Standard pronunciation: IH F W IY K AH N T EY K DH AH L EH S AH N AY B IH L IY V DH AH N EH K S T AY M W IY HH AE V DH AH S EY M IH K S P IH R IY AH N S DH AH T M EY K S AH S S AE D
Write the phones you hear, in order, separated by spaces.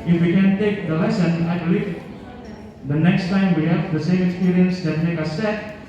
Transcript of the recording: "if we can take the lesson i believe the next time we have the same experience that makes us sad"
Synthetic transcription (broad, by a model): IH F W IY K AH N T EY K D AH L EH S AH N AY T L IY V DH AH N EH K S T AY M W IY HH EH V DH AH S EY M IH K S P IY R IY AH N S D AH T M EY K AH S S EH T